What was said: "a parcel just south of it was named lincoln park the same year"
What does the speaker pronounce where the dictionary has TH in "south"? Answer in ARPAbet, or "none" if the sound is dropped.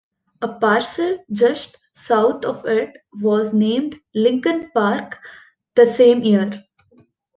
T